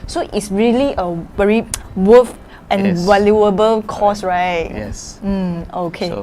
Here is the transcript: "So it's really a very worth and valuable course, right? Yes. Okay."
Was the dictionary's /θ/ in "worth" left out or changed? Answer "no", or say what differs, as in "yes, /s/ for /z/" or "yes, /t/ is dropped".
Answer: yes, /f/ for /θ/